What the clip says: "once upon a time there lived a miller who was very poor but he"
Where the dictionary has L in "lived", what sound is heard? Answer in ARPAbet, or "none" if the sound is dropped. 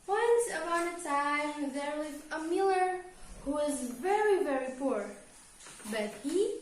W